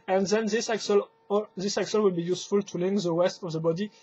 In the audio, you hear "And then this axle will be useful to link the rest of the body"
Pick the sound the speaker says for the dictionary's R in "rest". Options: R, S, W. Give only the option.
W